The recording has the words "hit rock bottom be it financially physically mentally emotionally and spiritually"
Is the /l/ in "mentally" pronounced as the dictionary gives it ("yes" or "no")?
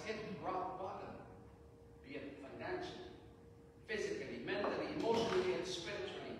no